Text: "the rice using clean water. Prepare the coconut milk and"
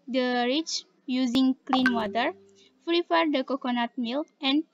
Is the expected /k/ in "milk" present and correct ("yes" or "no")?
no